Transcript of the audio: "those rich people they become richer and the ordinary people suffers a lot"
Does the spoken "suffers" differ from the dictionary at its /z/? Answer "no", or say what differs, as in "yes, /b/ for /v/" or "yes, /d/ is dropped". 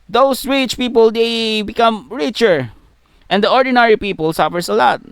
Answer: yes, /s/ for /z/